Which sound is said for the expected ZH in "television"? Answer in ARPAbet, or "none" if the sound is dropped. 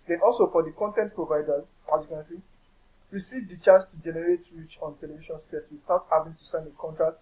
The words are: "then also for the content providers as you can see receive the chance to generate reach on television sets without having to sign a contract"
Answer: SH